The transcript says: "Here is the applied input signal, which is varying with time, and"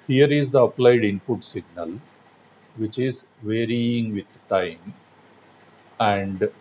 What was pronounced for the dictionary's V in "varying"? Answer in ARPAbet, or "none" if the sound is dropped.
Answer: V